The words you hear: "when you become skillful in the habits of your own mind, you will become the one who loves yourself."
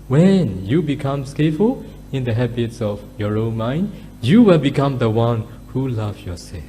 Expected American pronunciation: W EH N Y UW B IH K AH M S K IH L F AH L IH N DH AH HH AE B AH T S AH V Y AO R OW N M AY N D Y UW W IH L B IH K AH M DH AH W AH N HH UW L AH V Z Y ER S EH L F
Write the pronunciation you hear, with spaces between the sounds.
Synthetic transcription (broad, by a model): W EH N Y UW B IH K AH M S K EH F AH L IH N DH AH HH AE B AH T S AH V Y AO R OW N M AY N D Y UW W IH L B IH K AH M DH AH W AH N HH UW L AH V Y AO S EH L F